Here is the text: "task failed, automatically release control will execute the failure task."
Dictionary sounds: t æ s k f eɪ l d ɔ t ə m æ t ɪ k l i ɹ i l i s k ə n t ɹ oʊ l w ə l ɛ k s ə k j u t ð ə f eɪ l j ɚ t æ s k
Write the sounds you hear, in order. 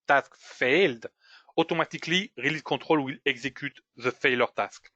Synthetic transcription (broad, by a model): t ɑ s k f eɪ l d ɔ t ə m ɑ t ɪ k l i ɹ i l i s k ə t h oʊ l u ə l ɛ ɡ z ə k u t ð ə f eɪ l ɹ t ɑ s k